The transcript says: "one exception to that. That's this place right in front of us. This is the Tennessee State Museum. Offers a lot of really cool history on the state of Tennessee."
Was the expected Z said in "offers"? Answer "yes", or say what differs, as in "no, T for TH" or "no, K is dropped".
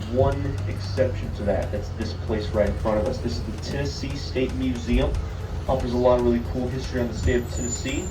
yes